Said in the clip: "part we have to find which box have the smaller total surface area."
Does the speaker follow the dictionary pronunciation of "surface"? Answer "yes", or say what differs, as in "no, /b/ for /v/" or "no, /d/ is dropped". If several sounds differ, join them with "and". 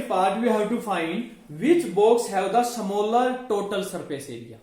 no, /p/ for /f/